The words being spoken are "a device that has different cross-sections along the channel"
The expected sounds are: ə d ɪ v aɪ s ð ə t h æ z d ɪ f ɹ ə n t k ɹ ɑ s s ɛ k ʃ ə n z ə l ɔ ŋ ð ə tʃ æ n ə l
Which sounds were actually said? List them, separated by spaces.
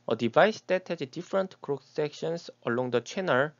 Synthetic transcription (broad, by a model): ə d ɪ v aɪ s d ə t h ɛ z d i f ɹ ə n t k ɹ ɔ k s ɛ k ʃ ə n s ə l ɔ ŋ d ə tʃ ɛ n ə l